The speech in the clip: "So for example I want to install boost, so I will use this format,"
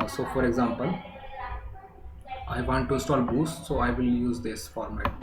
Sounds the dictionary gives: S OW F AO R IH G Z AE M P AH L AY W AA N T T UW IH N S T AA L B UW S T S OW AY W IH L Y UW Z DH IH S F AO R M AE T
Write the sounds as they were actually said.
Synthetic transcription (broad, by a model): S OW F AO R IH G Z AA M P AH L AY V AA N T T UW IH S T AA L B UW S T S OW AY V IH L Y UW Z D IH S F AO R M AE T